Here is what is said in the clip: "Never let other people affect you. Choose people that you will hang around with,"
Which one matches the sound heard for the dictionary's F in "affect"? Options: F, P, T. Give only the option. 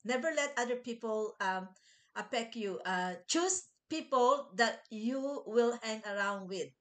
P